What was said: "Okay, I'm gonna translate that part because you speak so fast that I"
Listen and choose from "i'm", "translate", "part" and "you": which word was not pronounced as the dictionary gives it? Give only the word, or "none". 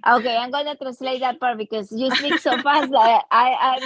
translate